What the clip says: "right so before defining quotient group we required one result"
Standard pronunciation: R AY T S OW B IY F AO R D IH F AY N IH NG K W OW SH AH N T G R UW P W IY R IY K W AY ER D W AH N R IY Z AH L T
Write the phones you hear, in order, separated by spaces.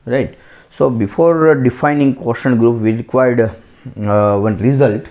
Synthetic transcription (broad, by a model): R AY T S OW B IY F AO R D IH F AY N IH NG K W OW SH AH N G R UW P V IY R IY K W AY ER D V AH N R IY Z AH L T